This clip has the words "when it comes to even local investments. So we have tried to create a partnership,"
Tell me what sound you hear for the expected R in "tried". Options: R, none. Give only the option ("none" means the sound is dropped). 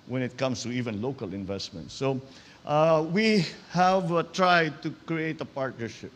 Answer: R